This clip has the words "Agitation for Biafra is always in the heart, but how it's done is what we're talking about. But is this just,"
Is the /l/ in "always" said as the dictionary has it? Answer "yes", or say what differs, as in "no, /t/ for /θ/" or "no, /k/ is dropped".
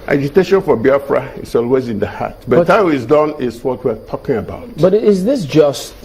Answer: yes